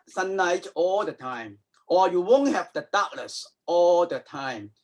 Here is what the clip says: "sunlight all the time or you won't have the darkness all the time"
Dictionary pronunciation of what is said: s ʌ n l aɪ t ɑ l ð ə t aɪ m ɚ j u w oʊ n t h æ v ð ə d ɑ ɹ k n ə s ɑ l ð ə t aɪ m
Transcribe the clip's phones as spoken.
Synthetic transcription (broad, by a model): s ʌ n aɪ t ɑ l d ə t aɪ m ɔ j u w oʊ n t h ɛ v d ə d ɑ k l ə s ɑ l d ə t aɪ m